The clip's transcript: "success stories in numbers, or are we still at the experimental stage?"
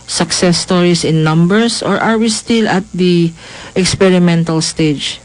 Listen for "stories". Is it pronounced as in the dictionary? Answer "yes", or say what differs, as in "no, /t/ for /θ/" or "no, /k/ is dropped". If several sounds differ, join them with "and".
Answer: no, /s/ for /z/